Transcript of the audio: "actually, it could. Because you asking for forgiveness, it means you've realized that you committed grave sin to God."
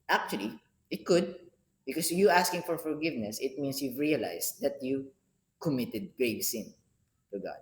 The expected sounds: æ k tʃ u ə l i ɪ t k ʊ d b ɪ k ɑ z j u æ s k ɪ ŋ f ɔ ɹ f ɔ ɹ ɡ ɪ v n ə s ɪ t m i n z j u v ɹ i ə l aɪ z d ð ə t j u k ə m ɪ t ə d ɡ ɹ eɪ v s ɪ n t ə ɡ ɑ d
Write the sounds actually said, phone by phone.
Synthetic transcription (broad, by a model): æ k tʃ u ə l i ɪ t k ʊ d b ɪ k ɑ s j u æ s k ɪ ŋ f ɔ ɹ f ɔ ɹ ɡ ɪ v n ə s ɪ t m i n s j u v ɹ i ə l aɪ s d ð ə t j u k ə m ɪ t ə d ɡ ɹ eɪ v s ɪ n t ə ɡ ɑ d